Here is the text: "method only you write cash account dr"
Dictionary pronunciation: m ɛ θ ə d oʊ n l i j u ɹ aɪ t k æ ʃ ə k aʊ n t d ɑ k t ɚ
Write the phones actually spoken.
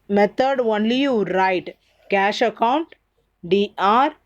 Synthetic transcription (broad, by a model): m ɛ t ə d oʊ n l i j u ɹ aɪ t k æ ʃ ə k aʊ n t d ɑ t